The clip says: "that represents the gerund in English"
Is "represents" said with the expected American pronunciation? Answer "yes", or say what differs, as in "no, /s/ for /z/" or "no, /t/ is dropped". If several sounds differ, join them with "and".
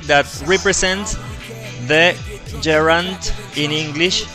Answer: no, /s/ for /z/